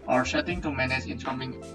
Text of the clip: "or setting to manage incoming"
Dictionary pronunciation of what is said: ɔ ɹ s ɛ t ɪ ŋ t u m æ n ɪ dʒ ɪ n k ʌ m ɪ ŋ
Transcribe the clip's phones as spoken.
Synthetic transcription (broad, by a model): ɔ ɹ ʃ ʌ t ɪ ŋ t u m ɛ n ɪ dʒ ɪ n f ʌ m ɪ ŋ